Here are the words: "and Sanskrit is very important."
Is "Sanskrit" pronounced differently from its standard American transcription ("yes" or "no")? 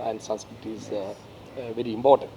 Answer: yes